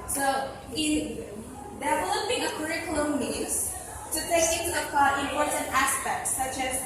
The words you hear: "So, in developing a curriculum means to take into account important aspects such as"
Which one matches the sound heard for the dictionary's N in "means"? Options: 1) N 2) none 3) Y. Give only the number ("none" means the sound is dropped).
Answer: 2